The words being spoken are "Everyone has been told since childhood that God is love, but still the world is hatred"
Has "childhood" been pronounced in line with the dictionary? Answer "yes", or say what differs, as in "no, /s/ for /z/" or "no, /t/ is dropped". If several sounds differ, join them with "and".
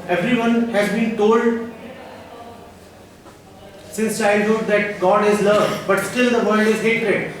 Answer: no, /l/ is dropped